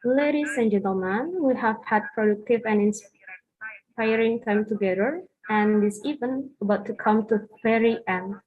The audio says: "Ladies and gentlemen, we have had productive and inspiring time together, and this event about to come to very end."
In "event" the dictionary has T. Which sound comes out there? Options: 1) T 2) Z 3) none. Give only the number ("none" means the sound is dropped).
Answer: 3